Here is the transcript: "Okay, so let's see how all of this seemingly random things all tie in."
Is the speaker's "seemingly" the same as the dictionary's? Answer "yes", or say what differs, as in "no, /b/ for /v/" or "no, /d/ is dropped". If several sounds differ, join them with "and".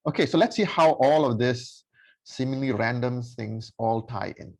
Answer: no, /ŋ/ is dropped